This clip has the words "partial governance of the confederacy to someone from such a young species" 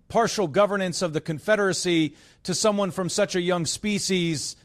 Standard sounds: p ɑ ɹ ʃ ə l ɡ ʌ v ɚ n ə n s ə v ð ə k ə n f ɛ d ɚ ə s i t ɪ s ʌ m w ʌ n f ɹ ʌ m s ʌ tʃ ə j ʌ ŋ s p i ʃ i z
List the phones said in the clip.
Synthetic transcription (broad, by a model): p ɑ ɹ ʃ l ɡ ʌ v ɚ n ə n s ə v ð ə k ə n f ɛ d ɚ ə s i t ɪ s ʌ m w ʌ n f ɹ ʌ m s ʌ tʃ ə j ʌ ŋ s p i ʃ i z